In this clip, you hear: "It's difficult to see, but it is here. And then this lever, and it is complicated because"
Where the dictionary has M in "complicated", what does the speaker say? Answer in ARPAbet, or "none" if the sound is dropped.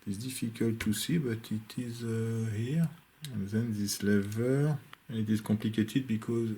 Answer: none